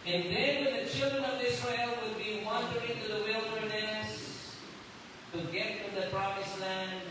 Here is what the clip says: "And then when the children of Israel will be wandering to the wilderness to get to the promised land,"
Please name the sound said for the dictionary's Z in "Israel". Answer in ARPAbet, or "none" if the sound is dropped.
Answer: S